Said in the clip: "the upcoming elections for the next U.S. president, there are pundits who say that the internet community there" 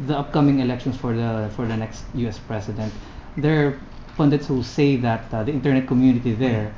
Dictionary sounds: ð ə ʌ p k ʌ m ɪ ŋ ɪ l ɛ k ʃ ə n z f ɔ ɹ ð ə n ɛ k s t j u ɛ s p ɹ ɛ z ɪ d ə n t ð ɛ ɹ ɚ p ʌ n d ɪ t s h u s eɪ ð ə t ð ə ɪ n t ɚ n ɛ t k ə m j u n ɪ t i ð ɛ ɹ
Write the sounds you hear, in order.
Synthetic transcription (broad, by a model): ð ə ʌ p k ʌ m ɪ ŋ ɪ l ɛ k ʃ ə n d f ɔ ɹ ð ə n ɛ k s t j u ɛ s p ɹ ɛ s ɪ d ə n t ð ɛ ɹ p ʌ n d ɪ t s h u s eɪ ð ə t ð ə ɪ n t ɚ n ɛ t k ə m j u n ɪ t i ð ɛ ɹ